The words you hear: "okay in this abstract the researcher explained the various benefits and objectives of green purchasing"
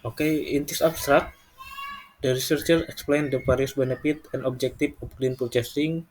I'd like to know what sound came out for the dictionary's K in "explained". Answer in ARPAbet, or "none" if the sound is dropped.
K